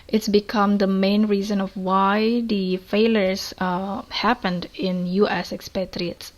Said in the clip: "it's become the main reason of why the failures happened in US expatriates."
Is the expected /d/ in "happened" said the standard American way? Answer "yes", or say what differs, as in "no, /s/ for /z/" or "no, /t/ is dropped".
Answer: yes